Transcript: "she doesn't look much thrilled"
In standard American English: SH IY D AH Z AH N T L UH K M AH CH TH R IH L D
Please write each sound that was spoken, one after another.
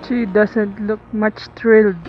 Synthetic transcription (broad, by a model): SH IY D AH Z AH N T L UH K M AH CH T R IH L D